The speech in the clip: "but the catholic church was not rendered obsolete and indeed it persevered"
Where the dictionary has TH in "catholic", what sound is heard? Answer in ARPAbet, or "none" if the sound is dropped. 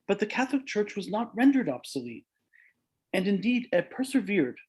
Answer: TH